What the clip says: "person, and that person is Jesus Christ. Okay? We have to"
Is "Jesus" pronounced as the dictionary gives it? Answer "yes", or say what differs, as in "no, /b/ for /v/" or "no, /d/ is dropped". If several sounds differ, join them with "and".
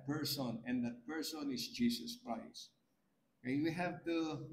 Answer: no, /s/ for /z/